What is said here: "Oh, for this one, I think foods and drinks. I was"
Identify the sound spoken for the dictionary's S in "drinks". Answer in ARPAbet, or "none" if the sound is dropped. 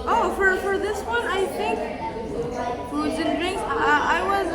none